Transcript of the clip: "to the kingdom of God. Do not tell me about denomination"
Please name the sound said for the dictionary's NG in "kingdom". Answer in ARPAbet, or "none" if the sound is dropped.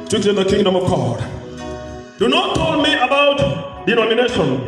NG